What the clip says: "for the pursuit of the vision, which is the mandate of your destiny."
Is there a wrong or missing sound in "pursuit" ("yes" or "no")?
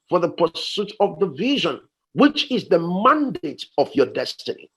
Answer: no